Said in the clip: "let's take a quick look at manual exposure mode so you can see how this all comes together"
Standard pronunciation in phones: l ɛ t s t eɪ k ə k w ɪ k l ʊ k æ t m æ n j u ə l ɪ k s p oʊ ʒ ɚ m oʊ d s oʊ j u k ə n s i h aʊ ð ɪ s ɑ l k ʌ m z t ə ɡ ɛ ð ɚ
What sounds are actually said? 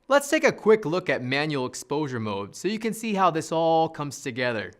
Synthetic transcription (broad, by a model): l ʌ t s t eɪ k ə k w ɪ k l ʊ k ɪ t m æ n j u l ɪ k s p oʊ ʒ ɚ m oʊ d s oʊ j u k ə n s i h aʊ ð ɪ s ɑ l k ʌ m z t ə ɡ ɛ ð ɚ